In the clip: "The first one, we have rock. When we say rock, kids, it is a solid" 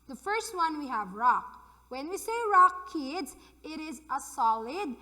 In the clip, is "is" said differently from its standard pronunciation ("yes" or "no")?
no